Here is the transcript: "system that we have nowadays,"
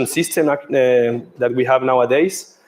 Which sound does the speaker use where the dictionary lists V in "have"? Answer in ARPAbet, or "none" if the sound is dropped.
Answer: V